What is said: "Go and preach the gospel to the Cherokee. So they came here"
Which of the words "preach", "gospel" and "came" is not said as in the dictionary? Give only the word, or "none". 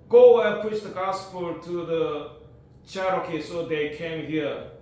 preach